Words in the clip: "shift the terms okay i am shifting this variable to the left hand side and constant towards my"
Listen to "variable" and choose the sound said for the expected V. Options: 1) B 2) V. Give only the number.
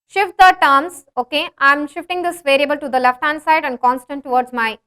2